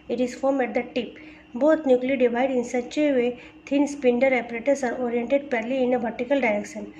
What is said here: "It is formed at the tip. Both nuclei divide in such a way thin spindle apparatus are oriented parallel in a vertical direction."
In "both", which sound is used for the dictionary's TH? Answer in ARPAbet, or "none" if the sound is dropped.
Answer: T